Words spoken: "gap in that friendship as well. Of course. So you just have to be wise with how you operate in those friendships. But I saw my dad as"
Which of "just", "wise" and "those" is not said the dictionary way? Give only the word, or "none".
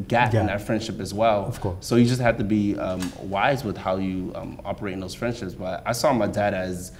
none